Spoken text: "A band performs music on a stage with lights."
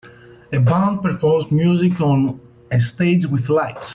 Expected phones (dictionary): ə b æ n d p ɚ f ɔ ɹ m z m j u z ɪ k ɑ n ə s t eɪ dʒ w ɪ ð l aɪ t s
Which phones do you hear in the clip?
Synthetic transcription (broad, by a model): ə b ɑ n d p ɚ p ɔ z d m j u z ɪ k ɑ n ə s t eɪ dʒ w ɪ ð l aɪ t s